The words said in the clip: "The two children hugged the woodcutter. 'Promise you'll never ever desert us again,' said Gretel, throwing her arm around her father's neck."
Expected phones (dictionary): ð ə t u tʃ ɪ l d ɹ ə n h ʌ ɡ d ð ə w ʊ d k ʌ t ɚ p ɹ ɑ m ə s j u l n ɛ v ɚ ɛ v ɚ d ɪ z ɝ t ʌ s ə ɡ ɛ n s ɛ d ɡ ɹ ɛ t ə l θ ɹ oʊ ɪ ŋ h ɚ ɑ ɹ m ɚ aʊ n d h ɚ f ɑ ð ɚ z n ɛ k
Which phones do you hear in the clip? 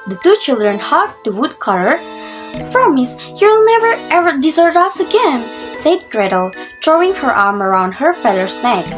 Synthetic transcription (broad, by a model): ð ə t u tʃ ɪ l d ɹ ə n h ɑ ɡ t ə w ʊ d k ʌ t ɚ p ɹ ɑ m ə s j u l n ɛ v ɚ ɛ v ɚ d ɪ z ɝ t ʌ s ə ɡ ɛ n s ɛ d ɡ ɹ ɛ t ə l t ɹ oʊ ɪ ŋ h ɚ ɑ ɹ m ɚ aʊ n d h ɚ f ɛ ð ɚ s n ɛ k